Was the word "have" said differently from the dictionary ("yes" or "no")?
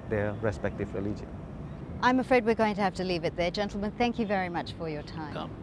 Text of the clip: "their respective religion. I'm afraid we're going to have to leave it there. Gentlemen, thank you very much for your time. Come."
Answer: yes